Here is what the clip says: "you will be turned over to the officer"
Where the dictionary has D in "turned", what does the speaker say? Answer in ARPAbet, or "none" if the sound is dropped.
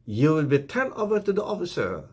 none